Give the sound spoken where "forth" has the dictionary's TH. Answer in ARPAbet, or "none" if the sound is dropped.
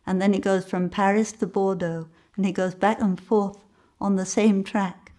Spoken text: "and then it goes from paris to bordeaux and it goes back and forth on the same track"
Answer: TH